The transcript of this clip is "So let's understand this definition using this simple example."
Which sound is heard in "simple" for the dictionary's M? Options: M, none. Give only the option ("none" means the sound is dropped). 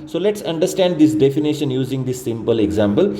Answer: M